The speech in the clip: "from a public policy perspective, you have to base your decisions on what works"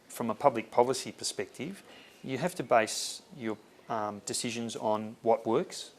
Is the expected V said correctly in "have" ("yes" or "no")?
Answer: no